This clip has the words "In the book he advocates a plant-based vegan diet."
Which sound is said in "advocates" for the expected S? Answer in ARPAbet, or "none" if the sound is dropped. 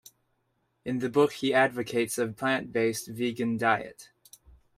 S